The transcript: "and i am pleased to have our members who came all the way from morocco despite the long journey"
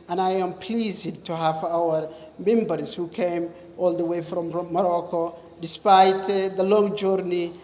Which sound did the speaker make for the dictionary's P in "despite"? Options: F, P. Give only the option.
P